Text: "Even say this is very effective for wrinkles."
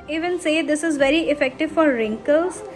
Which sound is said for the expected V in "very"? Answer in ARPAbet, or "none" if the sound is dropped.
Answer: V